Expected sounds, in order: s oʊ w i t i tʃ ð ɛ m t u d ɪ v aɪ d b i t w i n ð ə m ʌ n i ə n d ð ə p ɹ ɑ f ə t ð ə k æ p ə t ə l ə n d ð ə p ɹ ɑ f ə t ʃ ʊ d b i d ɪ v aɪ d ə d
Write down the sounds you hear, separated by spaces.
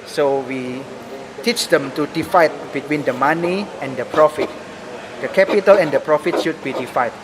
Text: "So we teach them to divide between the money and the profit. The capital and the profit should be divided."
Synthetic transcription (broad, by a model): s oʊ w i t i tʃ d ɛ m t u d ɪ f aɪ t b i t w i n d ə m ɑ n i ə n d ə p ɹ ɑ f ə t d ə k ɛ p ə t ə l ə n d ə p ɹ ɑ f ə t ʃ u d b i d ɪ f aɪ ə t